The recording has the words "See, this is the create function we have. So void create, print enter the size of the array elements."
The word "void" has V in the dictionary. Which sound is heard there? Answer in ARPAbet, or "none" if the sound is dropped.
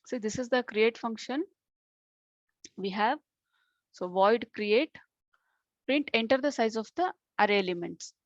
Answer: V